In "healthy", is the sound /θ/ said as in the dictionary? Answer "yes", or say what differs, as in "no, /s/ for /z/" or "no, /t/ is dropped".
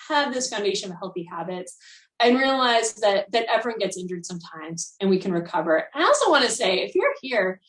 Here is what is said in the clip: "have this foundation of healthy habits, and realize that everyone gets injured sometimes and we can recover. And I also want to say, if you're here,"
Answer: yes